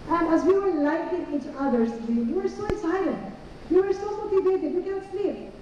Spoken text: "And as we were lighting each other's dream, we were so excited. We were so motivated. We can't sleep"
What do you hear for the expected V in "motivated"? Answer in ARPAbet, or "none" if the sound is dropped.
B